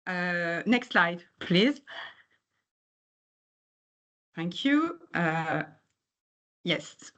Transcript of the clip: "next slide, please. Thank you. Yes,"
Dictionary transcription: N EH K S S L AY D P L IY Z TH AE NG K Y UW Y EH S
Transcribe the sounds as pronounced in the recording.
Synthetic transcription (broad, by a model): N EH K S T L AY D P L IY Z TH AE NG K Y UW Y EH S